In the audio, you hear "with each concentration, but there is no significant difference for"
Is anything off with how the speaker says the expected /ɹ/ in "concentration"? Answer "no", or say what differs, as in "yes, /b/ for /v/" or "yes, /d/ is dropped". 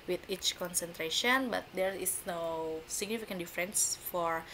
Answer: no